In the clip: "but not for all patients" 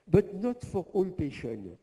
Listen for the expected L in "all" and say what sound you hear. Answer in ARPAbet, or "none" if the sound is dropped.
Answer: N